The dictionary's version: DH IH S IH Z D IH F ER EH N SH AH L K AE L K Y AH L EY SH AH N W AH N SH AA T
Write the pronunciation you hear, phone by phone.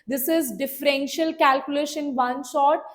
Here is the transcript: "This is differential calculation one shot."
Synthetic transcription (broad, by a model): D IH S IH Z D IH F ER EH N SH AH L K AE L K Y AH L EY SH AH N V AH N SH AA T